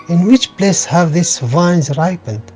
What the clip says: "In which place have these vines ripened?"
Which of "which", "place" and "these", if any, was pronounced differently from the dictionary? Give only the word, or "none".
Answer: these